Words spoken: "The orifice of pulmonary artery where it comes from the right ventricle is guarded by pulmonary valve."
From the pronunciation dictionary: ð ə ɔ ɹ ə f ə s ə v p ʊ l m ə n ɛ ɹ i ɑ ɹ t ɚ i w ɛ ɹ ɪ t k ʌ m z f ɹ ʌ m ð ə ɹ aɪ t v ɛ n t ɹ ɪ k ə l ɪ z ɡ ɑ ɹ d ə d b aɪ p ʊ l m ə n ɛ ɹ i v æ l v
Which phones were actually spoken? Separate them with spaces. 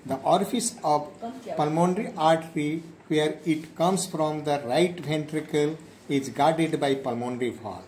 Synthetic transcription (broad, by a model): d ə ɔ ɹ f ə s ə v p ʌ l m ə n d ɹ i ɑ ɹ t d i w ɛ ɹ ɪ t k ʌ m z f ɹ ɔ m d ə ɹ aɪ t v ɛ n t ɹ ɪ k ə l ɪ z ɡ ɑ ɹ d ə d b aɪ p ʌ l m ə n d ɹ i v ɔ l